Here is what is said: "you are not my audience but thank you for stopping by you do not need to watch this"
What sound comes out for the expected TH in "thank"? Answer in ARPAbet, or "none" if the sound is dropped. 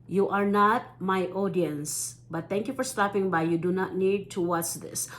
T